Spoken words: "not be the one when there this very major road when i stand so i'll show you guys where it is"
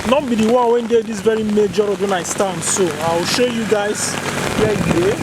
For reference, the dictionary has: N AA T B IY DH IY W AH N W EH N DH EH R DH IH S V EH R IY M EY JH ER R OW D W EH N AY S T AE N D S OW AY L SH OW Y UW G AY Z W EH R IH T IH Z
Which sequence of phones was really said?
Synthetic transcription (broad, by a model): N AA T B IY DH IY W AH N W EH N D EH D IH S V EH R IY M EY JH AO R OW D W EH N AY S T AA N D S OW AY W SH OW Y UW G AY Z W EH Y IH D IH